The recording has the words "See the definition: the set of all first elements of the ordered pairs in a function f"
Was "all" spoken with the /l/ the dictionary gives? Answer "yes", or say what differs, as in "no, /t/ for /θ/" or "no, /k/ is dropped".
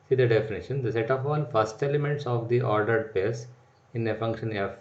no, /n/ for /l/